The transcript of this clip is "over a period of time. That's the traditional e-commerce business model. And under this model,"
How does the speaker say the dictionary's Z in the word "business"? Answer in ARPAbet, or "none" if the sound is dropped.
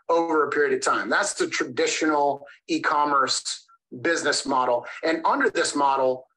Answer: Z